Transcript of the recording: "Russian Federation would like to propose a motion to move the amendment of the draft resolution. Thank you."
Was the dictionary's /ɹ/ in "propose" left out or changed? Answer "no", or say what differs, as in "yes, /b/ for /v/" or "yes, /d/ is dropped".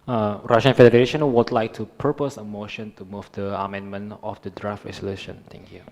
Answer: yes, /ɹ/ is dropped